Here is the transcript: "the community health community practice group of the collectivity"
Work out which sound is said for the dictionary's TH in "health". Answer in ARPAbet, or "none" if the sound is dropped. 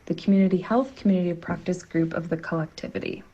TH